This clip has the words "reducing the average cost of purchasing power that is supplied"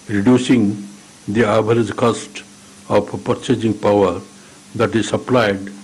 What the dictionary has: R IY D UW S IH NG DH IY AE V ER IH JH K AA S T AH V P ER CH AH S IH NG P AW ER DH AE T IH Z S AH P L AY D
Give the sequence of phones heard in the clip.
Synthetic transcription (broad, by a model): R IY D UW S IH NG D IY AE B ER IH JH K AA S T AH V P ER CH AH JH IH NG P AW ER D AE T IH Z S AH P L AY D